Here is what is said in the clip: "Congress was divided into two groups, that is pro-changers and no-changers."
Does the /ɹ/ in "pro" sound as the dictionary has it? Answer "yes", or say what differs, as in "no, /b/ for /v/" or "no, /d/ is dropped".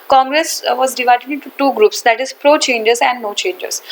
yes